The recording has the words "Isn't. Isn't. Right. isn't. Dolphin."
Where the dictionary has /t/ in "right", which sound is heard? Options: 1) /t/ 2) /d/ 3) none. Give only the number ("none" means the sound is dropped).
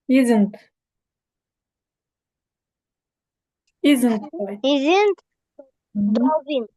3